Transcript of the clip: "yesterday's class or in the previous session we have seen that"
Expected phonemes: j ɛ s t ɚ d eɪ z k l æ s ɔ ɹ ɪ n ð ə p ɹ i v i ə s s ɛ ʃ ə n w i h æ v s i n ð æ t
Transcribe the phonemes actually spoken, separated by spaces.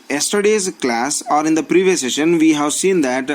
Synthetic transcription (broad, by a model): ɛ s t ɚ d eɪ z k l æ s ɔ ɹ ɪ n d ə p ɹ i v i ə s s ɛ ʃ ə n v i h æ v s i n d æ t